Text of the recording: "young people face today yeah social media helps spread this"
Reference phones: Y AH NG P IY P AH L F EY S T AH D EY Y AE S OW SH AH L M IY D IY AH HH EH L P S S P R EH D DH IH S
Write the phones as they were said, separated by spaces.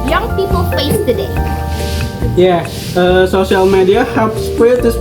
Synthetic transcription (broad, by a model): Y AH NG P IY P AH L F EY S T AH D EY Y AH S OW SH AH L M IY D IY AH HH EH P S S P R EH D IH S